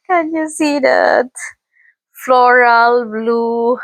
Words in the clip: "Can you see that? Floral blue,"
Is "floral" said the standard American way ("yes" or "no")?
yes